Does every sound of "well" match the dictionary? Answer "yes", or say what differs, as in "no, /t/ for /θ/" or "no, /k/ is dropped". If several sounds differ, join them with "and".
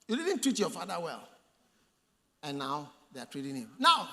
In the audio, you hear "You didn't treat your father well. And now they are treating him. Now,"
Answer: yes